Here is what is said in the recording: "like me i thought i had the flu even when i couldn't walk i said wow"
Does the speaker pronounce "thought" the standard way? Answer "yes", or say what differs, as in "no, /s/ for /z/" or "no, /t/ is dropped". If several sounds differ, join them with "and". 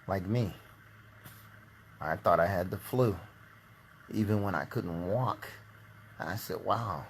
yes